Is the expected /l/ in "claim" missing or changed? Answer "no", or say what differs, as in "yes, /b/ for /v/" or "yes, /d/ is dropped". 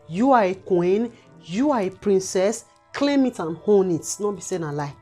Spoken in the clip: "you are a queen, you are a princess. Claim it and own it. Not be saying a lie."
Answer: no